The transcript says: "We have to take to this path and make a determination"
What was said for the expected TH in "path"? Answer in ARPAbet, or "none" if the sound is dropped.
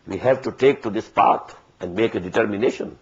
T